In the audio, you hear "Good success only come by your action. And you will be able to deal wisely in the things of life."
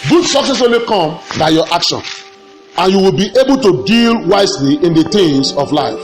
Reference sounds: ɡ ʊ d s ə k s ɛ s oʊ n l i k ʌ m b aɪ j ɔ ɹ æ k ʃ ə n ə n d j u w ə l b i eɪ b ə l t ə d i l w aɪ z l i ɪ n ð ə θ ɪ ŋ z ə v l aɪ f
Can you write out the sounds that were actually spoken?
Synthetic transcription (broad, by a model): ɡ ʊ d s ə k s ɛ s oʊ l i k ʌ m b aɪ j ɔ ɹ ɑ k ʃ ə n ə n j u w ə l b i eɪ b ə l t ə d i l w aɪ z l i ɪ n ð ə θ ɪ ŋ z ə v l aɪ f